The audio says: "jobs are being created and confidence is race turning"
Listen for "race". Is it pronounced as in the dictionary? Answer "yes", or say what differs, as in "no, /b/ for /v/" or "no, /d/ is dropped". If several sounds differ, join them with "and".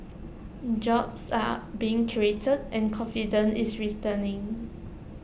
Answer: no, /s/ is dropped